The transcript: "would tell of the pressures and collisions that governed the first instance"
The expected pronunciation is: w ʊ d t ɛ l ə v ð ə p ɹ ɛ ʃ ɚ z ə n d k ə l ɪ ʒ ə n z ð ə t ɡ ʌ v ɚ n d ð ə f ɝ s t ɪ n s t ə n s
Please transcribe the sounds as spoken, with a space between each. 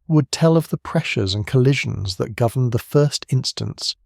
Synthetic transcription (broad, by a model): w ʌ d t ɛ l ə v ð ə p ɹ ɛ ʃ ɚ z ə n k ə l ɪ ʒ ə n z ð ə t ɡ ʌ v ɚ n ð ə f ɝ s t ɪ n s t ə n s